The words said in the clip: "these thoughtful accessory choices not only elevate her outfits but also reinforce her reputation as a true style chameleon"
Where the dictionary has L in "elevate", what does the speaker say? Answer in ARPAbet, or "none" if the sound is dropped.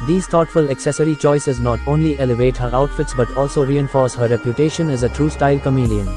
L